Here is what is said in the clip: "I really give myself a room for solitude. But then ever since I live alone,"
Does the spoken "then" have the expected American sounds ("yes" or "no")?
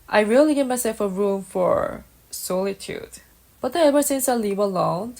no